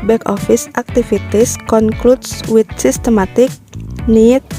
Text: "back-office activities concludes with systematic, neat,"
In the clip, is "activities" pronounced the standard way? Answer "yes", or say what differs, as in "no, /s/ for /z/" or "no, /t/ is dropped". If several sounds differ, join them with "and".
no, /f/ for /v/ and /s/ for /z/